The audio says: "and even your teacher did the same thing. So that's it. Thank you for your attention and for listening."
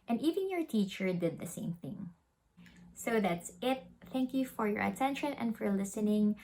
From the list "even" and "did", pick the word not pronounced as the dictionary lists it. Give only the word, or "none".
none